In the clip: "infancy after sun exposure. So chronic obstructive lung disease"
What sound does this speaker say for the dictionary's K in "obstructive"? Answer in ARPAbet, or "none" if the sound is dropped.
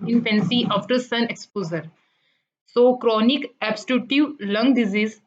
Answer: none